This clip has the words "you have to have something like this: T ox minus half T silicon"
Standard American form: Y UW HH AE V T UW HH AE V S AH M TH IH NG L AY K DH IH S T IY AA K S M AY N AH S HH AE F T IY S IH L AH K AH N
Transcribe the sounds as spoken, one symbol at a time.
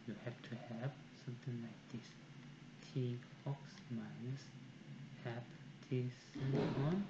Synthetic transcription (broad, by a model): Y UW HH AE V T UW HH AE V S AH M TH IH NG L AY K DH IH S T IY AA K S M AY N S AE P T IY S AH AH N